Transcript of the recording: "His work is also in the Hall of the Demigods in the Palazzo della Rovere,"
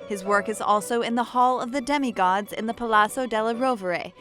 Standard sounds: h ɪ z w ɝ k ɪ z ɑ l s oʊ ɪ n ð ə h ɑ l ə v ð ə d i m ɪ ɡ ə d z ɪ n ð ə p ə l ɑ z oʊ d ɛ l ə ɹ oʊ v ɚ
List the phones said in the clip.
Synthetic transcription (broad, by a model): h ɪ z w ɝ k ɪ z ɑ l s oʊ ɪ n ð ə h ɑ l ə v ð ə d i m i ɡ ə d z ɪ n ð ə p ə l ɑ s oʊ d ɛ l ə ɹ oʊ v ɚ